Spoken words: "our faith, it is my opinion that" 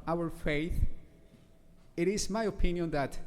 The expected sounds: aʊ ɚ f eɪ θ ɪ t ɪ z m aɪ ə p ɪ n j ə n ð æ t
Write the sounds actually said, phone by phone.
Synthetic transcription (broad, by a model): aʊ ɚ f eɪ θ ɪ t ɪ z m aɪ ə p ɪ n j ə n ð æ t